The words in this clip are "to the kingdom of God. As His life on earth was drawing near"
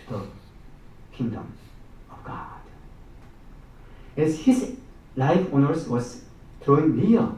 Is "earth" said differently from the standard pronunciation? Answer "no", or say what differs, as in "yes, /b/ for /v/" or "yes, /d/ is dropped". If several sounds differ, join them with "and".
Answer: yes, /s/ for /θ/